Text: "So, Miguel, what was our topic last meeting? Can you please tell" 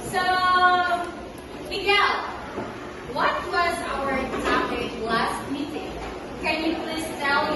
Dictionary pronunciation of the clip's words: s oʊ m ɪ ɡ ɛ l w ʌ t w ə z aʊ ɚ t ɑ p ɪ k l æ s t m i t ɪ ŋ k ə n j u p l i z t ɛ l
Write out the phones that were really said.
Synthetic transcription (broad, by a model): s oʊ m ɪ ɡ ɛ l w ʌ t w ə z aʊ ɚ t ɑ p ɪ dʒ l æ s t m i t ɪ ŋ k ə n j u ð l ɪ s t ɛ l